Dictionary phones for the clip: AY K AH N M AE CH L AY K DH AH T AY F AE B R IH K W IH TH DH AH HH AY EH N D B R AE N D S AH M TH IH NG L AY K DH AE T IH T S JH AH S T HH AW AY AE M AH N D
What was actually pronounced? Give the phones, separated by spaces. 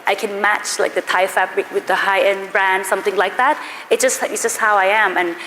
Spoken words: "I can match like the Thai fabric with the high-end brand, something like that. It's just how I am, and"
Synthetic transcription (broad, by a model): AY K AH N M AE CH L AY K DH AH T AY F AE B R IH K W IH DH AH HH AY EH N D B R AE N D S AH M TH IH NG L AY K DH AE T IH T S JH AH S T HH AW AY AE M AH N